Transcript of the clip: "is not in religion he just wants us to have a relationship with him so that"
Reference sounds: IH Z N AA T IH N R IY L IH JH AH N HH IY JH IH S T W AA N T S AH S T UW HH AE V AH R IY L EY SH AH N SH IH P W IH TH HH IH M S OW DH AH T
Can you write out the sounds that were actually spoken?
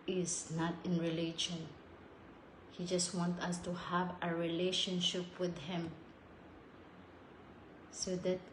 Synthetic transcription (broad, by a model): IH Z N AA T IH N R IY L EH SH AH N HH IY JH IH S T W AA N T AH S T UW HH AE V AH R IY L EY SH AH N SH IH P W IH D HH IH M S OW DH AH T